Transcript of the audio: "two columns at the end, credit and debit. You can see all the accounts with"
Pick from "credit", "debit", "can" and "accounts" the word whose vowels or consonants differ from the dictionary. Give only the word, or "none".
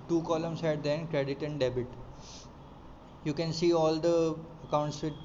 none